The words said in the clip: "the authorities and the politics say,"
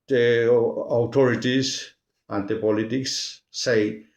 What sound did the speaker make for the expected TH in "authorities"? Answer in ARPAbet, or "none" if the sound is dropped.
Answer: T